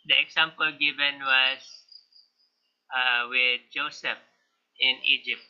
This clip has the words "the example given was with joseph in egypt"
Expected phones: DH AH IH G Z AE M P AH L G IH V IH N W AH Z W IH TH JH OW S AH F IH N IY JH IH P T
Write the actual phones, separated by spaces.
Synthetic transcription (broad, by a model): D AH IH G S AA M P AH L G IH V IH N W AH S W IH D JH OW S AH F IH N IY JH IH P T